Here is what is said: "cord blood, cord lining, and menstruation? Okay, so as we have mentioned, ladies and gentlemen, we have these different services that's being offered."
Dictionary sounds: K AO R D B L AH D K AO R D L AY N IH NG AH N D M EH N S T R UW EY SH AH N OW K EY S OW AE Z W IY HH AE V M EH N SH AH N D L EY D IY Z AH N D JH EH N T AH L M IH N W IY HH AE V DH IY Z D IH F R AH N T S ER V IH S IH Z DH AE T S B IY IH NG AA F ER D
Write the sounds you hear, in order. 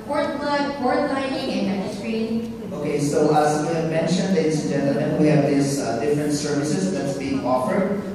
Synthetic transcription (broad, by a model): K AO R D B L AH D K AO R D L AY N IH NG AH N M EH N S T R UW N OW K EY S OW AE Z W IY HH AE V M EH N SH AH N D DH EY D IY AH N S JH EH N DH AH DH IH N W IY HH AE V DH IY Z D IH F R AH N T S ER V IH S IH Z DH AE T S B IY IH NG AA F ER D